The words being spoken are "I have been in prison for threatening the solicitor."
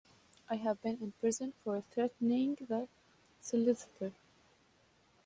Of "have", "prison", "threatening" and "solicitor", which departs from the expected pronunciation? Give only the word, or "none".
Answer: none